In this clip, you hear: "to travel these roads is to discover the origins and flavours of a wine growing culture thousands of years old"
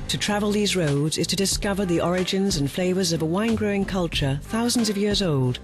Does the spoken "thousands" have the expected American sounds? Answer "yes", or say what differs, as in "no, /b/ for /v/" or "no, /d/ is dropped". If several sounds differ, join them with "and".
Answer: yes